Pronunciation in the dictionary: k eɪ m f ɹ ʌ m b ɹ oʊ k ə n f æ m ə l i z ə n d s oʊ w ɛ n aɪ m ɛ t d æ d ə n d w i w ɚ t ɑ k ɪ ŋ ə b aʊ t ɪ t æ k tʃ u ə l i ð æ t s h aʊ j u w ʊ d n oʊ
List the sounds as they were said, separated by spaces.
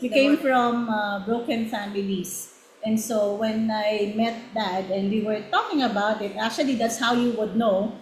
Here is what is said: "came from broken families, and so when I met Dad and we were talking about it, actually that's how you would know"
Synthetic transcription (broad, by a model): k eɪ m f ɹ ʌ m b ɹ oʊ k ə n f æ m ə l i s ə n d s oʊ w ɛ n aɪ m ɛ t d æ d ə n d w i w ɚ t ɑ k ɪ ŋ ə b aʊ t ɪ t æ k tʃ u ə l i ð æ t s h aʊ j u w ʊ d n oʊ